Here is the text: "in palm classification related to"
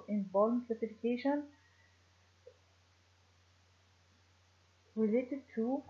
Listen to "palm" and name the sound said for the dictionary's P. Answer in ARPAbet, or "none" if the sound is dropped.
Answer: B